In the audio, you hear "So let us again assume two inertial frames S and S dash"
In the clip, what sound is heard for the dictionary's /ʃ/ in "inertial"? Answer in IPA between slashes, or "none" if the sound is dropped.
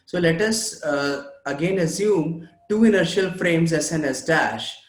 /ʃ/